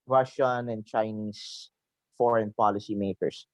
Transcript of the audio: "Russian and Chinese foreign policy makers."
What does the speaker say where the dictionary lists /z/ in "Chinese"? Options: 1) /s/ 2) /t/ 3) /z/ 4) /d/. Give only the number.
1